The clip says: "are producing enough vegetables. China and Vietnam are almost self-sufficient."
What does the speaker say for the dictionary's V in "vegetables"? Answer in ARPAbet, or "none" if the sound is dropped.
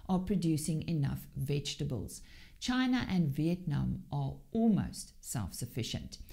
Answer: V